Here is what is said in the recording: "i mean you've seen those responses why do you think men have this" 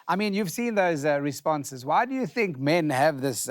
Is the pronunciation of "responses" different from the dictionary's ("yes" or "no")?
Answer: no